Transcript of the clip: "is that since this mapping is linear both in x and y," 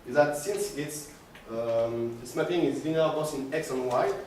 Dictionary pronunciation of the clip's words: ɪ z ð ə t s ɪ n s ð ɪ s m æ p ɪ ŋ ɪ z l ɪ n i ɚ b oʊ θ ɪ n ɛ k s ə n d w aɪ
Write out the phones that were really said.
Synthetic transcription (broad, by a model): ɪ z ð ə t s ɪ n s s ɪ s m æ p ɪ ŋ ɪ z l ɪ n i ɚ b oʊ s ɪ n ɛ k s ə n w aɪ